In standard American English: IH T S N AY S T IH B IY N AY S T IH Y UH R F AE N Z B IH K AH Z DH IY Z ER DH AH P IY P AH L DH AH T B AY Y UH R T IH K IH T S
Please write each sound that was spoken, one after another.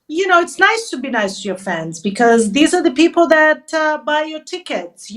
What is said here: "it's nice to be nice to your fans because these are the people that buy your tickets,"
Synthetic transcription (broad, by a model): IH T S N AY S T IH B IY N AY S T IH Y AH R F AE N Z B IH K AH Z DH IY Z ER DH AH P IY P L DH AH T B AY Y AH R T IH K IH T S